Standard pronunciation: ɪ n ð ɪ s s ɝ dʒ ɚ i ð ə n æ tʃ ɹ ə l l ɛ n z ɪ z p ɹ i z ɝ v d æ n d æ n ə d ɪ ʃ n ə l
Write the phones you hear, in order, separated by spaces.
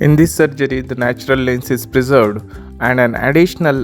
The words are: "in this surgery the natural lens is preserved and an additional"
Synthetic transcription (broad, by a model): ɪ n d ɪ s s ɝ dʒ ɚ i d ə n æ tʃ ɹ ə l l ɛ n s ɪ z p ɹ i z ɝ v d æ n d æ n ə d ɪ ʃ n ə l